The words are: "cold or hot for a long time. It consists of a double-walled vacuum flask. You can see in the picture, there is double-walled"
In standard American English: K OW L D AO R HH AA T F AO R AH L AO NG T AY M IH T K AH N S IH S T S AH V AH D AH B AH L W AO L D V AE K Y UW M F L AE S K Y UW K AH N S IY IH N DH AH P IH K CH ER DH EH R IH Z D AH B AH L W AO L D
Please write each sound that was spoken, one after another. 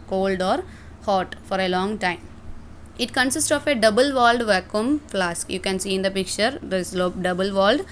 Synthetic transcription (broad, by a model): K OW L D AO R HH AA T F AO R AH L AO NG T AY M IH T K AH N S IH S T S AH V AH D AH B AH L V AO L D V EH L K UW M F L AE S K Y UW K AH N S IY IH N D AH P IH K CH ER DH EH L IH D AH B AH L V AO L D